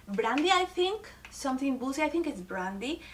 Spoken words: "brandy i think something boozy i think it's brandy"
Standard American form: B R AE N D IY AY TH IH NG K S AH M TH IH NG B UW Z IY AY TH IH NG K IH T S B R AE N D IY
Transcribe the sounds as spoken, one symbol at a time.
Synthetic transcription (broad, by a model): B R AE N D IY AY T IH NG K S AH M T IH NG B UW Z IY AY T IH NG K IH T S B R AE N D IY